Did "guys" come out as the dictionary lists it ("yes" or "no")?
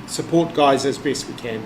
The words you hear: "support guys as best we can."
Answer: yes